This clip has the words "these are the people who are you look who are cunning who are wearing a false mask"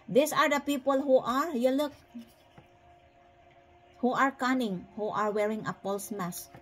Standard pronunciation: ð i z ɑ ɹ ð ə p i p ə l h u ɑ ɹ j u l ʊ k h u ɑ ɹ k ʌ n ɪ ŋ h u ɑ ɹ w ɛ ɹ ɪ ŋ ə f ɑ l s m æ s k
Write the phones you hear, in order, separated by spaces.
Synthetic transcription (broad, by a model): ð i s ɑ ɹ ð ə p i p ə l h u ɑ ɹ j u l ʊ k h u ɑ ɹ k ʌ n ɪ ŋ h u ɑ ɹ w ɛ ɹ ɪ ŋ ə p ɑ l s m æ s